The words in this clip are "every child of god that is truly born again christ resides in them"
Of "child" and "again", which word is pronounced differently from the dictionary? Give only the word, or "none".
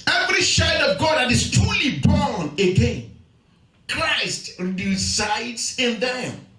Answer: child